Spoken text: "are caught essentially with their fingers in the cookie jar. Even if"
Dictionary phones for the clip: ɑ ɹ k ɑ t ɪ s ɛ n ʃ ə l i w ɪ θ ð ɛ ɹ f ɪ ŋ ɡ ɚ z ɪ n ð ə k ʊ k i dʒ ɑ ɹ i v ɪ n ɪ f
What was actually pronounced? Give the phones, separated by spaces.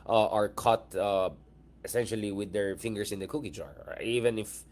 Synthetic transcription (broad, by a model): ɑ ɹ k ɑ t ɪ s ɛ n ʃ ə l i w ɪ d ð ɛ ɹ f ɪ ŋ ɡ ɚ s ɪ n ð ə k ʊ k i dʒ ɑ ɹ i v ɪ n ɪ f